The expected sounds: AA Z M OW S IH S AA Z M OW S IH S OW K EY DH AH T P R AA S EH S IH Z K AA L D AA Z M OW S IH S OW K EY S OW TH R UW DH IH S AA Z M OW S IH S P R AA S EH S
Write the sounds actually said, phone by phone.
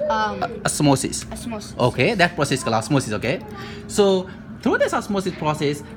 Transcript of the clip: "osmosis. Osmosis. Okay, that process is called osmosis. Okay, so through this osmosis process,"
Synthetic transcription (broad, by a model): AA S M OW S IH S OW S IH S OW K EY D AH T P R AA S EH S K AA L AA S M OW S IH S OW K EY S OW T R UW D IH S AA S M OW S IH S P R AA S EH S